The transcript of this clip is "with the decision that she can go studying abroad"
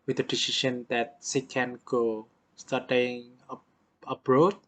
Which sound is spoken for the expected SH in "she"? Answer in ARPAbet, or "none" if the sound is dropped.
S